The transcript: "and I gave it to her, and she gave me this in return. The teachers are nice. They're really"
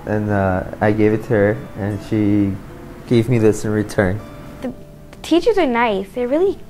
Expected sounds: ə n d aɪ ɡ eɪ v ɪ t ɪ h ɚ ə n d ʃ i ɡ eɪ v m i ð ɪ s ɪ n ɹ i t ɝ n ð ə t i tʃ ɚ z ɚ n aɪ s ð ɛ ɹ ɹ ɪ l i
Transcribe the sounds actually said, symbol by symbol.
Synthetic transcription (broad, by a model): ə n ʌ aɪ ɡ eɪ v ɪ t ɪ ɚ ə n ʃ i ɡ eɪ v m i ð ɪ s ɪ n ɹ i t ɝ n ð ə t i tʃ ɚ z ɚ n aɪ s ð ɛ ɹ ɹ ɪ l i